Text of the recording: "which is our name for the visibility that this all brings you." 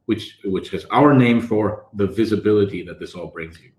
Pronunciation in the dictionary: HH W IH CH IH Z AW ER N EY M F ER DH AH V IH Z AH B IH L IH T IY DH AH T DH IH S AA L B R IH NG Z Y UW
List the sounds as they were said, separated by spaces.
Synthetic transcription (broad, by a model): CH W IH CH IH Z AW ER N EY M F ER DH AH V IH Z AH B IH L IH T IY DH AH T DH IH S AA L B R IH NG Z Y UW